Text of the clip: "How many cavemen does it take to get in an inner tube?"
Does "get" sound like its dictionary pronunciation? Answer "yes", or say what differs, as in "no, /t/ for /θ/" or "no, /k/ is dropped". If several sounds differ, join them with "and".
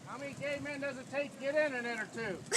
yes